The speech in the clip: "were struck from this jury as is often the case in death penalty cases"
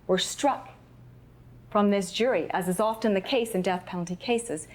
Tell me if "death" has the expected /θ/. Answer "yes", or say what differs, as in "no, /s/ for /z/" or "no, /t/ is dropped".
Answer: yes